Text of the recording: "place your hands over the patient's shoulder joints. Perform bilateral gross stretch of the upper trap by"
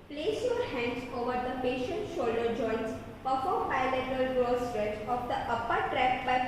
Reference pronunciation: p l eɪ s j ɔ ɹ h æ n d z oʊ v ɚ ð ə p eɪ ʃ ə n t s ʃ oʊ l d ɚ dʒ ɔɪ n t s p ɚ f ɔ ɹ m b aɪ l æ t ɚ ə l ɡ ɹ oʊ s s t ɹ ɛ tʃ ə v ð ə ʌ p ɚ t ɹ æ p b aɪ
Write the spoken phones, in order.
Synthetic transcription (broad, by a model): p l eɪ s j ɔ ɹ h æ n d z oʊ v ɚ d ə p eɪ ʃ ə n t ʃ oʊ l d ɚ dʒ ɔɪ n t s p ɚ f ɔ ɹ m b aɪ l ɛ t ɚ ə l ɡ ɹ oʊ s s t ɹ ɛ tʃ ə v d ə ʌ p ɚ t ɹ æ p b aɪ